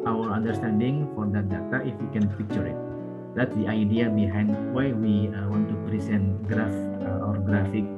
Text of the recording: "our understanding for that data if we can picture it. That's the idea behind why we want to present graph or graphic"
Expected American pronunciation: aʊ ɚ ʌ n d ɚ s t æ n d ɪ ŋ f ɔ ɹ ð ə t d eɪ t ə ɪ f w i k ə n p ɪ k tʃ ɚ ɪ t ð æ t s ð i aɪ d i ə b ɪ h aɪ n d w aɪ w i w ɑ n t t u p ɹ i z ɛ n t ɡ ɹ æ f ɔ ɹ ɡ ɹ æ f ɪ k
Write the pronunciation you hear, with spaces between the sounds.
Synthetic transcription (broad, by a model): aʊ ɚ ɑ n d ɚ s t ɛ n d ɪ ŋ f ɔ ɹ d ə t d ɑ t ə ɪ f w i k ə n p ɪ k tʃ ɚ ɪ t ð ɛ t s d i aɪ d i ə b ɪ h aɪ n d w aɪ w i w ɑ n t t u p ɹ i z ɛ n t ɡ ɹ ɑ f ɔ ɹ ɡ ɹ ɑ f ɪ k